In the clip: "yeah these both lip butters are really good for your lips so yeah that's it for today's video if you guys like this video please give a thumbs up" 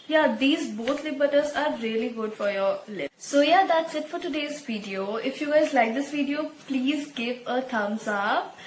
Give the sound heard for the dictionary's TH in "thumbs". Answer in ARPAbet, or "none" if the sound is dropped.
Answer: T